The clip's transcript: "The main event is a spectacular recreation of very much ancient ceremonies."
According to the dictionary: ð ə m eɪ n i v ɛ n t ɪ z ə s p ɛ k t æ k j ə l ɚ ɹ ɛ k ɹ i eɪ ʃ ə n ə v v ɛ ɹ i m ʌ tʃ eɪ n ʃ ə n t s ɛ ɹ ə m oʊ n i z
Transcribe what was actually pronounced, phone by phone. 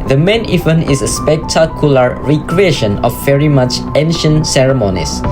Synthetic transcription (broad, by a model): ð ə m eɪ n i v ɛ n ɪ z ə s p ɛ k t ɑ k j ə l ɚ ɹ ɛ k ɹ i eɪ ʃ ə n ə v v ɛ ɹ i m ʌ tʃ eɪ n ʃ ə n t s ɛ ɹ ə m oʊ n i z